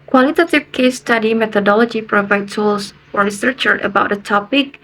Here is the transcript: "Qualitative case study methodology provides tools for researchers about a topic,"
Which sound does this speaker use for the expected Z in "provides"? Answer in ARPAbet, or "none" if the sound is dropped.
none